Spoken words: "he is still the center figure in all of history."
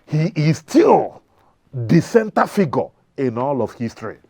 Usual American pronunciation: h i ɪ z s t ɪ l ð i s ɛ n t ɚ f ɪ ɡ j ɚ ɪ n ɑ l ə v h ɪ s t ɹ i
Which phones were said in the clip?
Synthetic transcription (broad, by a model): h i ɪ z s t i l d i s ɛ n t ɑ f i ɡ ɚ ɪ n ɑ l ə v h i s t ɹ i